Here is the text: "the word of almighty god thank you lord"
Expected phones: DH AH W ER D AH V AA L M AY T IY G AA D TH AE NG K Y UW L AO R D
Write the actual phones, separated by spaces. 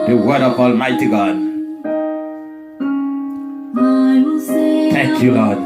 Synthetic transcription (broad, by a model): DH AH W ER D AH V AA L M AY T IY G AA D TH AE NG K Y UW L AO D